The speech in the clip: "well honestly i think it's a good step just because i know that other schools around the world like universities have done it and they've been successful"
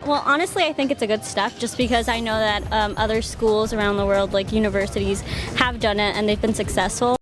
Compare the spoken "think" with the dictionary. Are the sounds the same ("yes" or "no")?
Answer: yes